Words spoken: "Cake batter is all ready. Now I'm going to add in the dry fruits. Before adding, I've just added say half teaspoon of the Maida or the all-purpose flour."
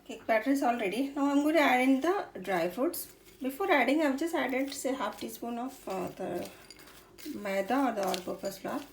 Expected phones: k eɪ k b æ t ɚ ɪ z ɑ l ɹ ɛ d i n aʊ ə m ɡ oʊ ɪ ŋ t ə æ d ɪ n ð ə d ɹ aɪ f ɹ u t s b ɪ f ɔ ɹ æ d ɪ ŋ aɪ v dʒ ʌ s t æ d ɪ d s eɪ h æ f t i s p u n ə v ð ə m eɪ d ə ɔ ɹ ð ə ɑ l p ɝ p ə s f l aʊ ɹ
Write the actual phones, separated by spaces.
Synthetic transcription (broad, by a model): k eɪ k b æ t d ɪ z ɑ l ɹ ɛ d i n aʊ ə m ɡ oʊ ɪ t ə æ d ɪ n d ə d ɹ aɪ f u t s b ɪ f ɔ ɹ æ d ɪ ŋ aɪ v dʒ ʌ s t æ d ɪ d s eɪ h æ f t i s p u n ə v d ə m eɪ d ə ɔ ɹ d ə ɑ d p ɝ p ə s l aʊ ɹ